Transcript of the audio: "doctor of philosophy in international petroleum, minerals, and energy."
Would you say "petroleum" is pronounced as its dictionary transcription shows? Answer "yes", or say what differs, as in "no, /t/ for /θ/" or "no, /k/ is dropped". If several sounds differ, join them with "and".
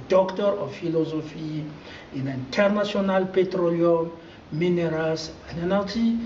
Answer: yes